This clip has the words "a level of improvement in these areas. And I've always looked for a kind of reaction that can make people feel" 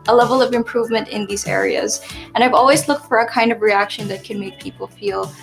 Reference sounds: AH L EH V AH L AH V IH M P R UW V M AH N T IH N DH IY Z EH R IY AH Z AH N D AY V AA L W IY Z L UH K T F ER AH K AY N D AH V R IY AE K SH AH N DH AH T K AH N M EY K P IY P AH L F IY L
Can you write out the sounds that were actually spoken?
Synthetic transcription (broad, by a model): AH L EH V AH L AH V IH M P R UW V M AH N T IH N DH IY Z EH R IY AH Z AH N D AY V AA L W IY Z L UH K T F ER AH K AY N D AH V R IY AE K SH AH N DH AH T K AH N M EY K P IY P L F IY L